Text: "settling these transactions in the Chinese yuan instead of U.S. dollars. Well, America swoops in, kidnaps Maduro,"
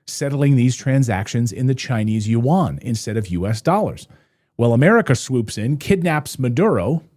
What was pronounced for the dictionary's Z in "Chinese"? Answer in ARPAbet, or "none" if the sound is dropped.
Z